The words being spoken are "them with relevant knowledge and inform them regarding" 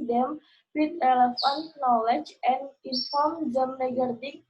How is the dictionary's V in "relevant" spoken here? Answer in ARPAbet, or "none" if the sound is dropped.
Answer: F